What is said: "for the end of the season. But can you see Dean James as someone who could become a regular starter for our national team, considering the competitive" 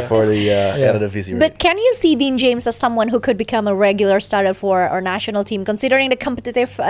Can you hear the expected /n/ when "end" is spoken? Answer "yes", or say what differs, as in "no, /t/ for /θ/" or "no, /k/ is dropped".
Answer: no, /n/ is dropped